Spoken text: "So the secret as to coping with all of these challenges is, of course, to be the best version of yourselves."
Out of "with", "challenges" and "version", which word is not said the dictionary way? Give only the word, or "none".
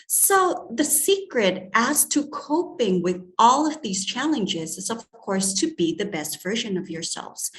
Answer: none